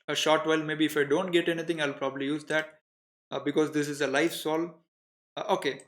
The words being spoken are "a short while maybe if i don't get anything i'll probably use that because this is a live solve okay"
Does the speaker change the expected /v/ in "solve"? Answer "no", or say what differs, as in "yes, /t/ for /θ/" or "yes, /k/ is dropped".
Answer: yes, /v/ is dropped